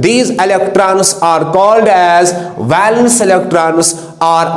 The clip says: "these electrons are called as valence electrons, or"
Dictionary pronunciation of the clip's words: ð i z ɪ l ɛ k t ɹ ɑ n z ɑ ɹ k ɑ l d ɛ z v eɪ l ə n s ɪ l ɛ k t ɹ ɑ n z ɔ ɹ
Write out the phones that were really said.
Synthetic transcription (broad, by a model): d i z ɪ l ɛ k t ɹ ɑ n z ɑ ɹ k ɑ l d ɛ z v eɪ l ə n s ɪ l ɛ k t ɹ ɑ n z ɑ ɹ